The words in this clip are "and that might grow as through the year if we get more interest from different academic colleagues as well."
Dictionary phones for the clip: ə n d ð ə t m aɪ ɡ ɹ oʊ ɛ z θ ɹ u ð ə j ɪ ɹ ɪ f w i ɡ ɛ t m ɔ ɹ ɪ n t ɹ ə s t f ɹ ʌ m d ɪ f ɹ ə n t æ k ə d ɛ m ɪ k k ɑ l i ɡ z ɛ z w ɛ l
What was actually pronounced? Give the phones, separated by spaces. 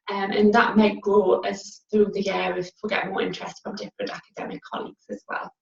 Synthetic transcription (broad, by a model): ə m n ð ə t m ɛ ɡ l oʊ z θ ɹ u ð ə j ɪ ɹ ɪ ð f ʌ ɡ ɛ t m ɔ ɹ ɪ n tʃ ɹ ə s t f ɹ ʌ m d ɪ f ɹ ə n t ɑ k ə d ɛ m ɪ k k ɑ l i ɡ z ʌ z w ɛ l